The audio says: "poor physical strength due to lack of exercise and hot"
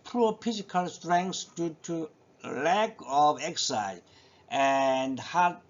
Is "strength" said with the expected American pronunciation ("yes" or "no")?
no